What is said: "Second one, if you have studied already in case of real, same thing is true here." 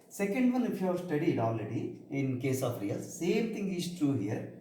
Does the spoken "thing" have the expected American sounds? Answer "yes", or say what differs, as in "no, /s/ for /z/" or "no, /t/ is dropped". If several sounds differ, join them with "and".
no, /t/ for /θ/